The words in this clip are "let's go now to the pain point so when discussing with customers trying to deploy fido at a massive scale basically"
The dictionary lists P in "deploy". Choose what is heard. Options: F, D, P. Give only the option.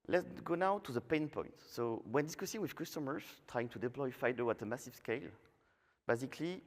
P